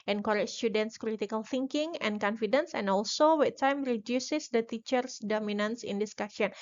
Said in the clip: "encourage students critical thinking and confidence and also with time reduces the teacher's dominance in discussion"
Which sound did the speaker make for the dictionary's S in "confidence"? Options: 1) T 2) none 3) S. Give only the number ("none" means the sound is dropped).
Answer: 3